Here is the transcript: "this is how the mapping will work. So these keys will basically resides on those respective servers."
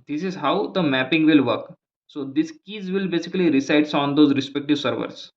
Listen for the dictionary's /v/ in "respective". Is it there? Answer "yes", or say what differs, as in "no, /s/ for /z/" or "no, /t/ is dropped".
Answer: yes